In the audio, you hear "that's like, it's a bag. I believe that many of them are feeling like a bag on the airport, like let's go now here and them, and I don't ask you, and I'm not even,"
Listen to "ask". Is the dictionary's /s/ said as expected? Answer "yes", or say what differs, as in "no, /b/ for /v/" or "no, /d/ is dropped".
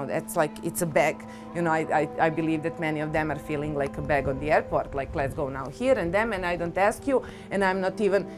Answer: yes